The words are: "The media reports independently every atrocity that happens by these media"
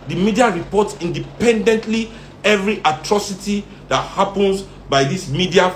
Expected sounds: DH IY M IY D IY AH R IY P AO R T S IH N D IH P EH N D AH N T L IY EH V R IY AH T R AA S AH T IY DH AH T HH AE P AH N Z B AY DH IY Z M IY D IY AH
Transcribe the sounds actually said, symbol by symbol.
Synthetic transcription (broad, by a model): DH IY M IY D IY AH R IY P AO T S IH N D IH P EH N D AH N T L IY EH V R IY AH T R AA S AH T IY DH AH T HH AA P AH N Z B AY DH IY S M IY D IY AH